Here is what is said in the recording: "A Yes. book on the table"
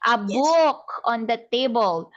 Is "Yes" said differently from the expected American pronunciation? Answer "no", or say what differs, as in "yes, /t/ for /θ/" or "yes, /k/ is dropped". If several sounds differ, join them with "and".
yes, /s/ is dropped